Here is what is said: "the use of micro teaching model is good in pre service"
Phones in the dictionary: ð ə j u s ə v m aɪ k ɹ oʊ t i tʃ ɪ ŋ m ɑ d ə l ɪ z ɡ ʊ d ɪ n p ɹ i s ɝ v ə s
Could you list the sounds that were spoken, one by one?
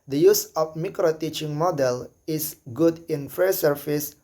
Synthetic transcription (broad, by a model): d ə j u s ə f m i k ɹ oʊ t i tʃ ɪ ŋ m ɑ d ə l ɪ s ɡ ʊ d ɪ n f ɹ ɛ s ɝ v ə s